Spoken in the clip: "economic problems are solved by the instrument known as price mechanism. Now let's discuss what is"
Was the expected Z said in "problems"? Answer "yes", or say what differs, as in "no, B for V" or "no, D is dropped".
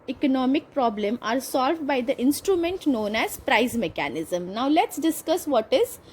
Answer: no, Z is dropped